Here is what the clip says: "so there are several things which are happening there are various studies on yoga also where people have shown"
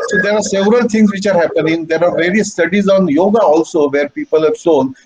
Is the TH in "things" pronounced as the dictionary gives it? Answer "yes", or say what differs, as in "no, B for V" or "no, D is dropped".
no, T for TH